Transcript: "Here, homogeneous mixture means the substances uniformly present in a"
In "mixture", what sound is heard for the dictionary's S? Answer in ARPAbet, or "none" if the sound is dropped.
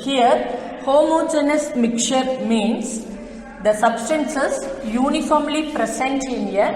none